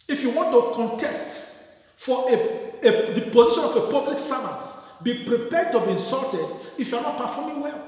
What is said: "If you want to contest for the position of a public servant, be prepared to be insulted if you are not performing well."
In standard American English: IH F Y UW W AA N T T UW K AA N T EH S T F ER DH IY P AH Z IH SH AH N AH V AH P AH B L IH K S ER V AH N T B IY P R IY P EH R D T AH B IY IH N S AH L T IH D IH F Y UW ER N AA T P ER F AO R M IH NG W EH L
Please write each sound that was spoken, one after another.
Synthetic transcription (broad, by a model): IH F Y UW W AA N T T UW K AA N T EH S T F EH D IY P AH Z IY SH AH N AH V AH P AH B L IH K S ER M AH T B IY P R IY P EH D T AH B IY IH N S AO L T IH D IH F Y UW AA N AA T P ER F AO M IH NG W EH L